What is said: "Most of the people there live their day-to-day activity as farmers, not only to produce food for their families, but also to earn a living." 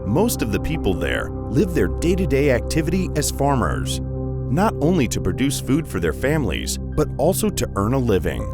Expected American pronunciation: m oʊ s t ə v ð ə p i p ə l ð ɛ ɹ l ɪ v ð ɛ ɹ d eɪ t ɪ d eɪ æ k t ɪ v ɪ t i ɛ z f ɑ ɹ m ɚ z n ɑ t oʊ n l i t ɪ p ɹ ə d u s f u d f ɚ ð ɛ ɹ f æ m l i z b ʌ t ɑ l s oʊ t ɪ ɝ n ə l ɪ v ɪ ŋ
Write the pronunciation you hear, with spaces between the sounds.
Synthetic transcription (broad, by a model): m oʊ s t ə v ð ə p i p l ð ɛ ɹ l ɪ v ð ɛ ɹ d eɪ t ɪ d eɪ æ k t ɪ v ɪ t i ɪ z f ɑ ɹ m ɚ z n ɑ t oʊ n l i t ɪ p ɹ ə d u s f u d f ɚ ð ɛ ɹ f æ m l i z b ʌ t ɑ l s oʊ t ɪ ɝ n ə l ɪ v ɪ ŋ